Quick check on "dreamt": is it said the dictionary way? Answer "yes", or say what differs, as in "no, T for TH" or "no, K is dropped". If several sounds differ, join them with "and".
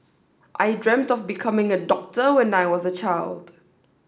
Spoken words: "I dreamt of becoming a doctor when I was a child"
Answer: yes